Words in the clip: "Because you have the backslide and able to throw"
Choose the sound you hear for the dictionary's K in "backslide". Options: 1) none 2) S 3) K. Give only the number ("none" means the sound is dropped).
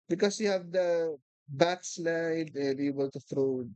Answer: 3